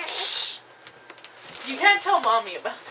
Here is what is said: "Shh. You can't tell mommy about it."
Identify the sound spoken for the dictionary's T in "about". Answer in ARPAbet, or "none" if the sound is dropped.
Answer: none